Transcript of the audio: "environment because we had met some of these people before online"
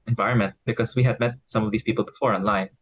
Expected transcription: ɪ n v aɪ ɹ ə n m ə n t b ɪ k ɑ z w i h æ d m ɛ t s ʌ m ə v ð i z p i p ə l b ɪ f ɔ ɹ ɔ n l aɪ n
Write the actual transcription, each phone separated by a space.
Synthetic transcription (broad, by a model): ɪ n v aɪ ɹ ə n m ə n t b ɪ k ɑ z w i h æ d m ɛ t s ʌ m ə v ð i s p i p ə l b ɪ f ɔ ɹ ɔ n l aɪ n